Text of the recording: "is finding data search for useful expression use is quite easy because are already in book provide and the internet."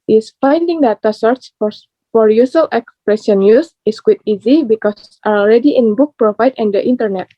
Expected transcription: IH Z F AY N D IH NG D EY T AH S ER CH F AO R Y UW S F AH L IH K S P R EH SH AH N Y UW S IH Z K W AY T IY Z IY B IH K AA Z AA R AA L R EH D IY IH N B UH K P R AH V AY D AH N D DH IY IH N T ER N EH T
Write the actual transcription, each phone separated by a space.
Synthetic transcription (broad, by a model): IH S F AY N D IH NG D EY T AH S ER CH F AO R Y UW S AH L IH K S P R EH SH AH N Y UW S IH S K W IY T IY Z IY B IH K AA S AA R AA L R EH D IY IH N B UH K P R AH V AY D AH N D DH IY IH N T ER N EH T